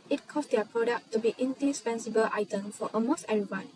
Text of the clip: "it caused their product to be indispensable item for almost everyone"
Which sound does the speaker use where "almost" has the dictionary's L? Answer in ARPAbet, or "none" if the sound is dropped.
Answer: none